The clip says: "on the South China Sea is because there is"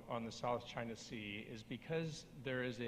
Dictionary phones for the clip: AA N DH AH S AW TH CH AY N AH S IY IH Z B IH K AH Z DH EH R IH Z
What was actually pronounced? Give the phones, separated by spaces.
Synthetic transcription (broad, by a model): N DH AH S AW TH CH AY N AH S IY IH Z B IH K AH Z DH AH R IH Z